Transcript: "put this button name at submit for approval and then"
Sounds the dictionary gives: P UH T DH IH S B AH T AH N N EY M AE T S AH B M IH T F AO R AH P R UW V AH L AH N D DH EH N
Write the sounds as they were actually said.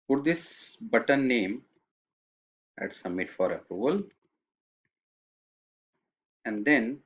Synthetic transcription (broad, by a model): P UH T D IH S B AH T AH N N EY M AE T S AH B M IH T F AO R AH P R UW V AH L AH N D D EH N